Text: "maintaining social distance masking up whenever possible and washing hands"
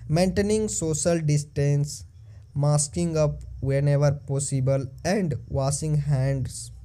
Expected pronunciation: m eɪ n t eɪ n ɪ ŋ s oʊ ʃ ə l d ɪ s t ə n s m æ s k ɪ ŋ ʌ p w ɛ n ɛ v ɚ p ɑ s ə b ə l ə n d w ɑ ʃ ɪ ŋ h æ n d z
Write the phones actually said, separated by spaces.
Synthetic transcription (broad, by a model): m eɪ n t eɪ n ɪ ŋ s oʊ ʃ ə l d ɪ s t ə n s m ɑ s k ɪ ŋ ʌ p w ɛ n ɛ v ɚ p ɑ s ə b ə l ə n d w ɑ s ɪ ŋ h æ n d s